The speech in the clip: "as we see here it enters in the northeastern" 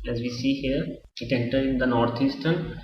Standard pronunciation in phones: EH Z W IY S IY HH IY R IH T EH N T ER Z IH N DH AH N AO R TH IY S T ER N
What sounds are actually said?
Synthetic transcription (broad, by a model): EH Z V IY S IY HH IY R IH T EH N T ER IH N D AH N AO R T IY S T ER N